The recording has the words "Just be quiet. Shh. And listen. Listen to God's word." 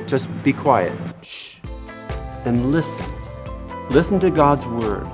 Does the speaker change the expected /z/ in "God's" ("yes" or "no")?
no